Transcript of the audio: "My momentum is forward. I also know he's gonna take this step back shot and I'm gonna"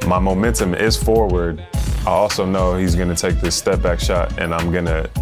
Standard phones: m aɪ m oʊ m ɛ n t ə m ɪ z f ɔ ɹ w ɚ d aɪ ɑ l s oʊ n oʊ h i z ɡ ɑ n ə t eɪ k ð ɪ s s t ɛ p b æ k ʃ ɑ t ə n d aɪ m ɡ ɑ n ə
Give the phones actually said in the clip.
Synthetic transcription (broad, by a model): m aɪ m oʊ m ɛ n t ə m ɪ z f ɔ ɹ w ɚ d aɪ ɑ l s oʊ n oʊ h i z ɡ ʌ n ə t eɪ k ð ɪ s s t ɛ p b æ k ʃ ɑ t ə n aɪ m ɡ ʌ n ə